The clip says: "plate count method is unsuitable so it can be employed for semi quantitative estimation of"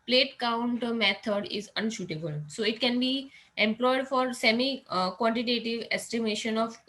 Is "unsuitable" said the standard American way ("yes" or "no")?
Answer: no